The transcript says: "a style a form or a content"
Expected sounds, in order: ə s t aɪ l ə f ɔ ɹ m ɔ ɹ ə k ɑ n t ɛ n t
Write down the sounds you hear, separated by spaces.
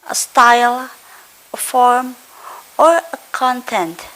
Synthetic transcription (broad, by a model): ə s t aɪ l ə f ɔ ɹ m ɔ ɹ ə k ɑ n t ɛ n t